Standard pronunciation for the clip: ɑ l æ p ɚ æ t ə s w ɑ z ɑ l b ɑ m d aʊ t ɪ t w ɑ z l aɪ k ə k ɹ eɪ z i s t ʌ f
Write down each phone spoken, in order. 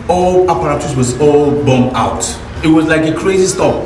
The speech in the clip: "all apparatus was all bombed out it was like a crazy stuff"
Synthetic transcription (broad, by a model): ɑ l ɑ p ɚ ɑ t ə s w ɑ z ɑ l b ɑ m aʊ t ɪ t w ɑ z l aɪ k ə k ɹ eɪ z i s t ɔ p